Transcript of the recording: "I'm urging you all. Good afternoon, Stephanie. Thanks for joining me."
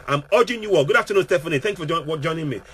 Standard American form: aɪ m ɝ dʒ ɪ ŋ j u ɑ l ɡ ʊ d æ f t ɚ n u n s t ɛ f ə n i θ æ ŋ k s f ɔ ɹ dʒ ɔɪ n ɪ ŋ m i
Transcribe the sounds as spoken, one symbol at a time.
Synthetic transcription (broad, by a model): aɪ m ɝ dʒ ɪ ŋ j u ɑ l ɡ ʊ d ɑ f t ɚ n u n s t ɛ f ə n i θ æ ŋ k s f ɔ w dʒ ɔɪ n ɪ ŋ m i